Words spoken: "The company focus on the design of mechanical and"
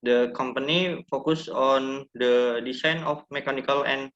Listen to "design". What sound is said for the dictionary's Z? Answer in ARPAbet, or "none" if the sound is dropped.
S